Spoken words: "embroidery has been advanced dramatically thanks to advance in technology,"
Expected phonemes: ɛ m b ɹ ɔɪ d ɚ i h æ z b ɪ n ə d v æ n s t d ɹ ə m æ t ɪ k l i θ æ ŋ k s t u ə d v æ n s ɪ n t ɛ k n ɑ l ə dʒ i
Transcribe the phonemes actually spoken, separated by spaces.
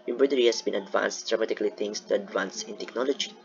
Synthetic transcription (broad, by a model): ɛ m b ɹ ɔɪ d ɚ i h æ s b ɪ n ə d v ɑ n s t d ɹ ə m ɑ t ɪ k l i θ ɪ ŋ s t u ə d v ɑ n s ɪ n t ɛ k n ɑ l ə dʒ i